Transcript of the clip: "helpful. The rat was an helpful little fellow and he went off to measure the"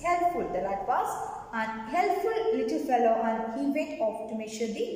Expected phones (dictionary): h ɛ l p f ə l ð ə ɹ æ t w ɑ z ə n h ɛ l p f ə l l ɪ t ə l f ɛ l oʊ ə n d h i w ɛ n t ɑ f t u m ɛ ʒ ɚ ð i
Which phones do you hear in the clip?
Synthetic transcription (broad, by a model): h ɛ l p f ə l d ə l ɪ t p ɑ s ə n h ɛ l p f ə l l ɪ t ə l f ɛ l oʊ ə n d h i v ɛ t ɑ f t u m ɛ ʃ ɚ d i